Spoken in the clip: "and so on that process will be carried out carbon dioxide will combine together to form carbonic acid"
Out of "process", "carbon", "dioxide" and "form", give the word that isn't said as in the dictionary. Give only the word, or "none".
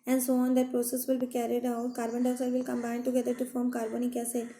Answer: dioxide